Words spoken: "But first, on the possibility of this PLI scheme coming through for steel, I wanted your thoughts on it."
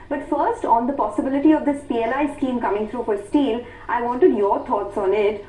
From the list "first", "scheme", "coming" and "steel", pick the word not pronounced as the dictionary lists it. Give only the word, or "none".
none